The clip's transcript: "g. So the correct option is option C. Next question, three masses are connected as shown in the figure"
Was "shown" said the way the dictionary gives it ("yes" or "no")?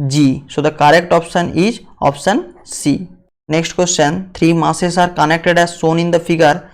no